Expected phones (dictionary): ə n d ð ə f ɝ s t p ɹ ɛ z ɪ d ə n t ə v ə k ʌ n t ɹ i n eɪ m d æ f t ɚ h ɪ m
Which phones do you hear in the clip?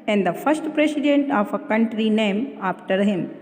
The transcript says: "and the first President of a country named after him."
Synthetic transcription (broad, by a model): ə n d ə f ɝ s t p ɹ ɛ s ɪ d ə n t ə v ə k ʌ n t ɹ i n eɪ m ɑ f t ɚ h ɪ m